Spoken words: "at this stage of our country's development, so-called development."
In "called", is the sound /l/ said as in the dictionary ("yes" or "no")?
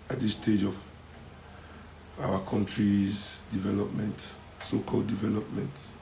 yes